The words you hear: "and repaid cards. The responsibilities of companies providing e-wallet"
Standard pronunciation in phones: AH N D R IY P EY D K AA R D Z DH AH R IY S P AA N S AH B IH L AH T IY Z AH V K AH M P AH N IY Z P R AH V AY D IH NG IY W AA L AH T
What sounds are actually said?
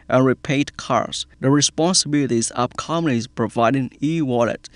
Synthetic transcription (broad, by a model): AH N R IY P EY D K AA R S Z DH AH R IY S P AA N S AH B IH L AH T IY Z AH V K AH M AH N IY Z P R AH V AY D IH NG IY W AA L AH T